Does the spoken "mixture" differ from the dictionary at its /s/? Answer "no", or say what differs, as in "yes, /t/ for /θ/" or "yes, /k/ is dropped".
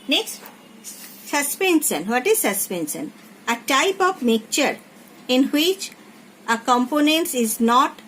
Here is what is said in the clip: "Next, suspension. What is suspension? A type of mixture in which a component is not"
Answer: yes, /s/ is dropped